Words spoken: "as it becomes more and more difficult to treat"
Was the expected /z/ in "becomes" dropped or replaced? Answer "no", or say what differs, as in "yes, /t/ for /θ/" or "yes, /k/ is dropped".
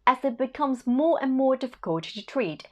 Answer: no